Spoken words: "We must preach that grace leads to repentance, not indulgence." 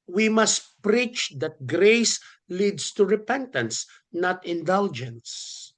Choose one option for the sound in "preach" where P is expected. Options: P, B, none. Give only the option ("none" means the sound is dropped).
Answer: P